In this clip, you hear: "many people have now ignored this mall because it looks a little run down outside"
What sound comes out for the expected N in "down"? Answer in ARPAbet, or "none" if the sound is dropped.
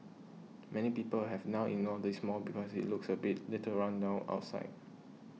none